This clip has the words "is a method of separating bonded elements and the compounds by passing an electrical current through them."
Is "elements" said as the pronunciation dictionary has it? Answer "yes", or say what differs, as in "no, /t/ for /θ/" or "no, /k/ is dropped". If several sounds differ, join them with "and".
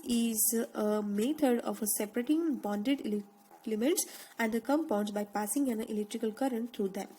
no, /n/ is dropped